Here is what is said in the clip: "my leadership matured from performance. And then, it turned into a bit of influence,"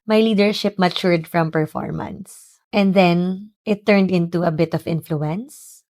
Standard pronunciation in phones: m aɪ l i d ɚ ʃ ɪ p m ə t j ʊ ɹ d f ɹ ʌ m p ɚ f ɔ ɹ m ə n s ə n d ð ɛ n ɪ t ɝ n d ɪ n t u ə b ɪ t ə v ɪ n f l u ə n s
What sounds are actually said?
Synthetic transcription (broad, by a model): m aɪ l i d ɚ ʃ ɪ p m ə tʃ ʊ ɹ d f ɹ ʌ m p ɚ f ɔ ɹ m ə n s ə n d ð ɛ n ɪ t ɝ n d ɪ n t u ə b ɪ t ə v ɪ n f l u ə n s